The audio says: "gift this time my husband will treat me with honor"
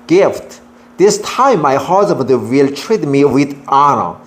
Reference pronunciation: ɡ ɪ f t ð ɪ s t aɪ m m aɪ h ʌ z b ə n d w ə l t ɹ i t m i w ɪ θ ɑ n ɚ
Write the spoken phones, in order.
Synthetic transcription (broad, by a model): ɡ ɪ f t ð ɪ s t aɪ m m aɪ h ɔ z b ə d w ə l t ɹ i t m i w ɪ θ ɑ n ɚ